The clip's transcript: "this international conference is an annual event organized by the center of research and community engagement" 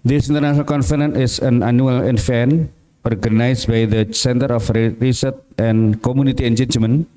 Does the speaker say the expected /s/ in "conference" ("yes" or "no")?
no